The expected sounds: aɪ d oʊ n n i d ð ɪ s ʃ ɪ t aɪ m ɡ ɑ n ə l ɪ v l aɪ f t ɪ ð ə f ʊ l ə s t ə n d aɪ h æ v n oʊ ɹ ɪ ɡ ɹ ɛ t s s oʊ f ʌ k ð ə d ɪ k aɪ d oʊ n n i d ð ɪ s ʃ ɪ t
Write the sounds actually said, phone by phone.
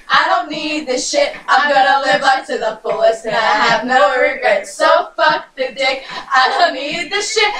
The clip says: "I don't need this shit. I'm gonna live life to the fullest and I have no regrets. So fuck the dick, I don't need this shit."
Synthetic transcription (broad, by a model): aɪ d oʊ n n i d ð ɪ ʃ ɪ t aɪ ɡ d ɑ ə l ɪ v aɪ p t ɪ ð ə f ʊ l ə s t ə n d aɪ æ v n oʊ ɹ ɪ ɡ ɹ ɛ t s s oʊ f ʌ k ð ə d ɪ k aɪ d oʊ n n i d ð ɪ ʃ ɪ t